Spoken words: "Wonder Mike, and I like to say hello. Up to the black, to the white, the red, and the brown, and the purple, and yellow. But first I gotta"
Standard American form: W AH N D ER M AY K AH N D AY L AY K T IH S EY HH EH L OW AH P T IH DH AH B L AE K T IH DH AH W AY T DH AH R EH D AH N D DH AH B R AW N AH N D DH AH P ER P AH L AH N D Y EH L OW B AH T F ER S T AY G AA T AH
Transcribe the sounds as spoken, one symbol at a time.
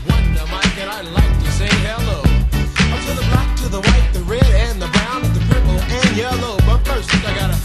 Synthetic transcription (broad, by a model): W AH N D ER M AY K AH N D AY L AY K T IH S EY HH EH L OW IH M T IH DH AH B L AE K T IH DH AH W AY T DH AH R EH D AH N DH AH B R AW N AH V DH AH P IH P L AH N Y EH L OW B AH T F ER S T AY G AA T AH